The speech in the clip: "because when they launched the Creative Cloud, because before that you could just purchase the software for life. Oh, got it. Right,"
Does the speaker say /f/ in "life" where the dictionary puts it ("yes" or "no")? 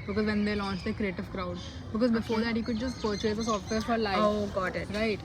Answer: no